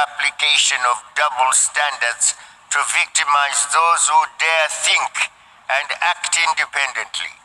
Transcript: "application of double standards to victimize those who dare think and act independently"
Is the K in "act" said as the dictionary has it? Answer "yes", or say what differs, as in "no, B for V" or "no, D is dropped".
yes